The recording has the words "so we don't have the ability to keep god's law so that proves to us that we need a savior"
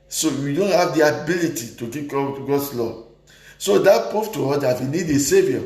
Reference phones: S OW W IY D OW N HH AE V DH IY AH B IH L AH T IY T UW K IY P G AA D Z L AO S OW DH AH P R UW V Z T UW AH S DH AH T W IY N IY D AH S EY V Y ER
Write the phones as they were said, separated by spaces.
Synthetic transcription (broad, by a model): S OW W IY D OW N HH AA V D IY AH B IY L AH T IY T UW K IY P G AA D S L AO S OW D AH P UW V T UW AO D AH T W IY N IY D AH S EY V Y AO